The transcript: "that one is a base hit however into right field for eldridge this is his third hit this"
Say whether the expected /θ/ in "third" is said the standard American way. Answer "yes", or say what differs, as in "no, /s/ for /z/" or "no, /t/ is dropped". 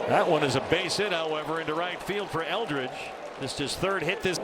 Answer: yes